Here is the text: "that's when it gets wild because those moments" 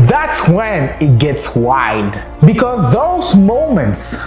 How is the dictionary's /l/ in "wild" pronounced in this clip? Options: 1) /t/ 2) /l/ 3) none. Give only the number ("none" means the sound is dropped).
3